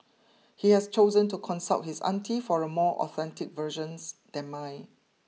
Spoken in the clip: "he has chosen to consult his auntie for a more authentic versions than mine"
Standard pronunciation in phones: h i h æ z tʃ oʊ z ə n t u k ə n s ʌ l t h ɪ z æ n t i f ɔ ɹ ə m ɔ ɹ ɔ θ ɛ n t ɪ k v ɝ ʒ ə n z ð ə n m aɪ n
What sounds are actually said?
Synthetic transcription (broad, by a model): h i h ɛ s tʃ oʊ z ə n t u k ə n s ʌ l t h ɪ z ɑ n t i f ɔ ɹ ə m ɔ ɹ ɔ θ ɛ n t ɪ k v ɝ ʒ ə n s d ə n m aɪ